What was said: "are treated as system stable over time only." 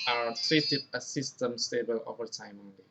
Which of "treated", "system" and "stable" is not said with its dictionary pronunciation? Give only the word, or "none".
treated